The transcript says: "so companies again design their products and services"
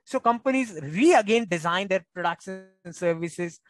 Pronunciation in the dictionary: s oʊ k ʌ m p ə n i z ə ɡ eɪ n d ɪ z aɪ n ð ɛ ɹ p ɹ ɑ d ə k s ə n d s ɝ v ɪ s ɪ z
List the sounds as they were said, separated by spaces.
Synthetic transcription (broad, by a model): s oʊ k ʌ m p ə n i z ə ɡ eɪ n d ɪ z aɪ n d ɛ ɹ p ɹ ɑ d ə k ʃ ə n s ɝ v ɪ s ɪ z